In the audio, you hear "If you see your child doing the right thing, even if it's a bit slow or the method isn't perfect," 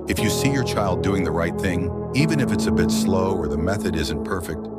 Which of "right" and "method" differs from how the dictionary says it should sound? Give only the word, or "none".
none